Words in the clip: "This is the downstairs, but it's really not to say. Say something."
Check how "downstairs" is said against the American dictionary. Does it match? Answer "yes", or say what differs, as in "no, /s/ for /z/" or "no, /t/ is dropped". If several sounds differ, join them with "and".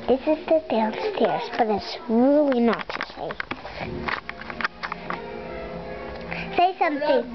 no, /l/ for /n/